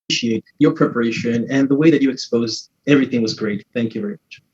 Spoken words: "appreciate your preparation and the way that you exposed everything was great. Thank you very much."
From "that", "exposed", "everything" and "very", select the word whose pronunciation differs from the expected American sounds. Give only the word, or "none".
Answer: none